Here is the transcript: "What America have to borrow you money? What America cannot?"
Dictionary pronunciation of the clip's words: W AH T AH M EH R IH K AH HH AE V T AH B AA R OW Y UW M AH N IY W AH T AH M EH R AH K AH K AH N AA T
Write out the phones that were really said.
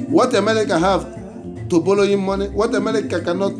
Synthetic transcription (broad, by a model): W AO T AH M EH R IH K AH HH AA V T AH B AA L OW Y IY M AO N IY W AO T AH M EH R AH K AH K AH N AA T